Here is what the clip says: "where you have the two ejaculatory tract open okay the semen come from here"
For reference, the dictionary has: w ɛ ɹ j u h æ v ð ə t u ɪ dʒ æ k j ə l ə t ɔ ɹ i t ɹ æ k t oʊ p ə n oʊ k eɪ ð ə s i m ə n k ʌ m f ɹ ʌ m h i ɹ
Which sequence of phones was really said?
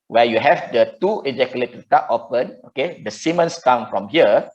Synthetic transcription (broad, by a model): w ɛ j u h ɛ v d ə t u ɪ dʒ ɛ k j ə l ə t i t ɑ t oʊ p ə n oʊ k eɪ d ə s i m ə n k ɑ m f ɹ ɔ m h i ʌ